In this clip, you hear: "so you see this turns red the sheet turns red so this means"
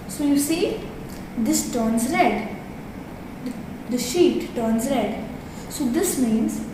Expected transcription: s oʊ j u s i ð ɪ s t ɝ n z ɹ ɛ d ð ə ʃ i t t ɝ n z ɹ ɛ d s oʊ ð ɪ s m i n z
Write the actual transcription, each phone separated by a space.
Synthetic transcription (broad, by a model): s oʊ j u s i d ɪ s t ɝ n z ɹ ɛ d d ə ʃ i t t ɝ n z ɹ ɛ d s oʊ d ɪ s m i n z